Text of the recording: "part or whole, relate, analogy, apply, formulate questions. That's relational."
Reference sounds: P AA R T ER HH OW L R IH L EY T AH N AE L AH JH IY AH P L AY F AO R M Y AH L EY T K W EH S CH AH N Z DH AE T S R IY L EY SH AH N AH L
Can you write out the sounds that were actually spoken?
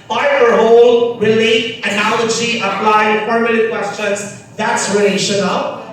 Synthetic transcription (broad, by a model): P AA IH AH ER HH OW L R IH L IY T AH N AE L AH JH IY AH P L AY P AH R M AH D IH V K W EH S CH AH N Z DH AE T S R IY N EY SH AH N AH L